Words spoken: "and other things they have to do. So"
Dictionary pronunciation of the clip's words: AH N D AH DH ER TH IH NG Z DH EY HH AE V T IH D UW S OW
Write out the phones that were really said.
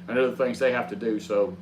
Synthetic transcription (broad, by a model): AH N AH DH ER TH IH NG Z DH EY HH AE F T IH D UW S OW